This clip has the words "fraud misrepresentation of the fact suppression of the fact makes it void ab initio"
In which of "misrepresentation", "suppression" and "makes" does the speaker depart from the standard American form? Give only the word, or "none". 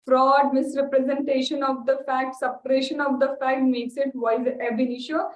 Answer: none